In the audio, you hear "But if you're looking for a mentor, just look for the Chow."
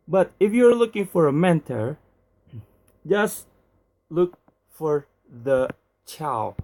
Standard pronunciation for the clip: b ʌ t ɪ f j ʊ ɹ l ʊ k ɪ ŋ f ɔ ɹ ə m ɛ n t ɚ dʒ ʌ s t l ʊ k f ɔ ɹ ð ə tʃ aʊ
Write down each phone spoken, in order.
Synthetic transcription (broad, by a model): b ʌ t ɪ f j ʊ ɹ l ʊ k ɪ ŋ f ɔ ɹ ə m ɛ n t ɚ dʒ ʌ s t l ʊ k f ɔ ɹ ð ə tʃ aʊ